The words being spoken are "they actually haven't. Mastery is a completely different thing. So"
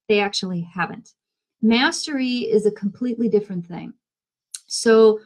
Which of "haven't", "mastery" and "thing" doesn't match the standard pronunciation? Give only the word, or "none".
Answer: none